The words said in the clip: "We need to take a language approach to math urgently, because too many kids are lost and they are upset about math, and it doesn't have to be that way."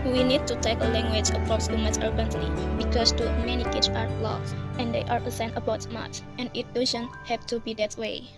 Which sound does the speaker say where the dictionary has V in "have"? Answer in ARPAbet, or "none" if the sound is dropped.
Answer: P